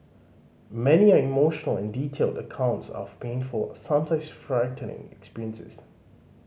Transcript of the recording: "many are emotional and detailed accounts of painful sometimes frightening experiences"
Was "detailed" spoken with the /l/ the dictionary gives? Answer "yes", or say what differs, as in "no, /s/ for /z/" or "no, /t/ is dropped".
yes